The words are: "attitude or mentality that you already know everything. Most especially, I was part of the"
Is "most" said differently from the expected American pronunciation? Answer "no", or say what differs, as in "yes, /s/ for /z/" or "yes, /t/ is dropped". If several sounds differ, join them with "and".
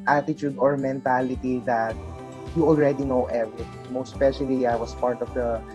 yes, /s/ is dropped